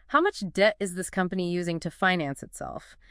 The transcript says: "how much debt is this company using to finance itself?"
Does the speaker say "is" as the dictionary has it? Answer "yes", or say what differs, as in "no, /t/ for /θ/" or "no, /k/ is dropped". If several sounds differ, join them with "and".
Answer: yes